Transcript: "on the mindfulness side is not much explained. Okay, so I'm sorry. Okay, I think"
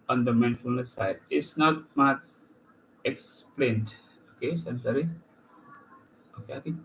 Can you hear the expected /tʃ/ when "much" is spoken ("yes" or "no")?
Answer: no